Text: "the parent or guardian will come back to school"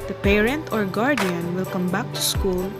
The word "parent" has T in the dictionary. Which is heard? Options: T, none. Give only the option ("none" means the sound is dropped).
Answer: T